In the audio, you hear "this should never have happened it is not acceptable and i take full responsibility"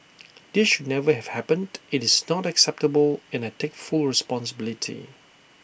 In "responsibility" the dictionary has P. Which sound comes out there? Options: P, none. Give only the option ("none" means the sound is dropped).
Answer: P